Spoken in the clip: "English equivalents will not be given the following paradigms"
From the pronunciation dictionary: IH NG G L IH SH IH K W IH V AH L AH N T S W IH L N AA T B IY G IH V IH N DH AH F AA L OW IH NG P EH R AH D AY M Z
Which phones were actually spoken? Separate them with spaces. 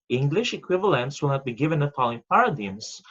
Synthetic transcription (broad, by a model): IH NG G L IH SH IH K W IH V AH L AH N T S W IH L N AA T B IY G IH V IH N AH P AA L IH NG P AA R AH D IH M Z